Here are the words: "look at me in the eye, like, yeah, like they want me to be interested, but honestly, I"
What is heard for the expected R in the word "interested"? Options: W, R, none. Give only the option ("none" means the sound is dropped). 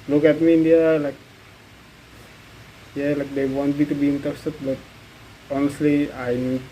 none